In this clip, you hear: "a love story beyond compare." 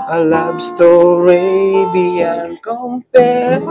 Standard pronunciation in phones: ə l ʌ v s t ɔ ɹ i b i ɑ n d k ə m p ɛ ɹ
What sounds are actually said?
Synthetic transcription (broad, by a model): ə l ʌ b s t ɔ ɹ i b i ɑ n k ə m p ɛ